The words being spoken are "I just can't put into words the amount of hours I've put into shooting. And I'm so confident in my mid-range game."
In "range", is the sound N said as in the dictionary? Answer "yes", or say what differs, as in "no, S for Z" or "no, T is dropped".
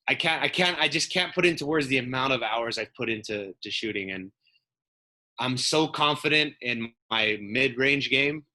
yes